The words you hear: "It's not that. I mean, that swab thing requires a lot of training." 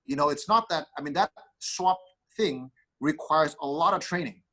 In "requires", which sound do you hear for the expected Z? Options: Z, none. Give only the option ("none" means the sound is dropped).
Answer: Z